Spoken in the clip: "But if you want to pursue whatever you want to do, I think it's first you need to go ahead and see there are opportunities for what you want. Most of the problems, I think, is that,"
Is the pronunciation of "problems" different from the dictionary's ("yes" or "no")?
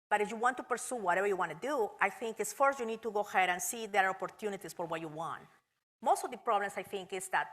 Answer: yes